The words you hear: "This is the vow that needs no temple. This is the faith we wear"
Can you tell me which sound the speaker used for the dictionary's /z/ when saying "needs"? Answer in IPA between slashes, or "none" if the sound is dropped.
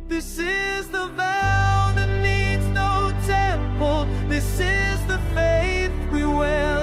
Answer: /z/